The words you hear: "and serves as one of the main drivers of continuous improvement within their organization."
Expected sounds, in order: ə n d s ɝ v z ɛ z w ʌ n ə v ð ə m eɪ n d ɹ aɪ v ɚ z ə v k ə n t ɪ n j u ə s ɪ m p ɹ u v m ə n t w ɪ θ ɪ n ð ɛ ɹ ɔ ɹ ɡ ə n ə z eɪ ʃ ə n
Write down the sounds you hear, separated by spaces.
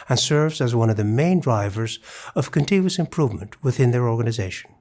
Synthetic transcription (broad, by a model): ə n s ɝ v z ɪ z w ʌ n ə v ð ə m eɪ n d ɹ aɪ v ɚ z ə v k ə n t ɪ n j u ə s ɪ m p ɹ u v m ə n t w ɪ θ ɪ n ð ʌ ɹ ɔ ɹ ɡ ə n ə z eɪ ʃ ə n